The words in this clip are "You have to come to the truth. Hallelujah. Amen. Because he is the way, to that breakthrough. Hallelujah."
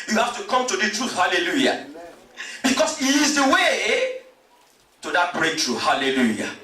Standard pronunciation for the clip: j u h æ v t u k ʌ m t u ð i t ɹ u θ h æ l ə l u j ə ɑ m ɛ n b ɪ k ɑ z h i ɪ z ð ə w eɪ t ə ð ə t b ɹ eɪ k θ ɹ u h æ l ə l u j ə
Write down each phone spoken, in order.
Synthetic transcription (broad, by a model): j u h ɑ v t u k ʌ m t u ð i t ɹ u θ h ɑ l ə l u j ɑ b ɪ k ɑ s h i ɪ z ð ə w eɪ t ə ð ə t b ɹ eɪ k t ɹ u h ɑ l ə l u j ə